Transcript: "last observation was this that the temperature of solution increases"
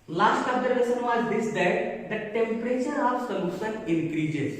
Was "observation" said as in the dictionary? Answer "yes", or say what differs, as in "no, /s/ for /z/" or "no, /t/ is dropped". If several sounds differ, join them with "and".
no, /s/ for /ʃ/